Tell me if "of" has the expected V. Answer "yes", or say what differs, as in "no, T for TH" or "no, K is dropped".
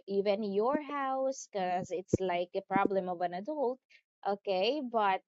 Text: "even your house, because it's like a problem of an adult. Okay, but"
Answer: yes